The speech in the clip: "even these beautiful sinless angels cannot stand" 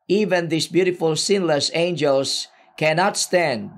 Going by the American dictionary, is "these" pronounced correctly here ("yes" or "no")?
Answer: no